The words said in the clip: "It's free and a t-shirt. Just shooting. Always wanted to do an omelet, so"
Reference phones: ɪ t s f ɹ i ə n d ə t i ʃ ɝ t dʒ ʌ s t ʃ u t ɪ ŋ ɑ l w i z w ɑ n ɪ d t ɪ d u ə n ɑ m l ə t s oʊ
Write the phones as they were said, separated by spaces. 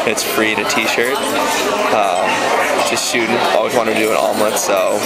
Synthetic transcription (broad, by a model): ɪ t s f ɹ i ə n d ə t i ʃ ɝ t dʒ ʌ s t s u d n ɑ l w i z w ɑ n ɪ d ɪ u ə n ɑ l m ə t s oʊ